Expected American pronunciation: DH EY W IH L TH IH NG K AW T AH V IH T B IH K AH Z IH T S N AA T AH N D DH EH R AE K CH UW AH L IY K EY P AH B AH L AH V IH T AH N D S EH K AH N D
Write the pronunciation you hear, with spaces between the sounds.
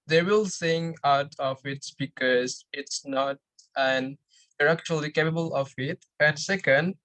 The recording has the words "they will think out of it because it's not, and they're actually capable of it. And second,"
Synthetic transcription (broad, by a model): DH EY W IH L S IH NG AW T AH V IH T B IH K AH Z IH T S N AA T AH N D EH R AE K CH UW AH L IY K EY P AH B AH L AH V IH T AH N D S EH K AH N D